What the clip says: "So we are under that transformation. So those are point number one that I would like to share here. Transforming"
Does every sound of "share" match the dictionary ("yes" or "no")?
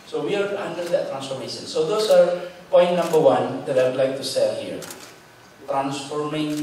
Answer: no